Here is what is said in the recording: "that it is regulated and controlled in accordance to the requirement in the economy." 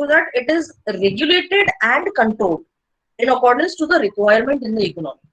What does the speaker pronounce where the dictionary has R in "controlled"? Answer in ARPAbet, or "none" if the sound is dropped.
none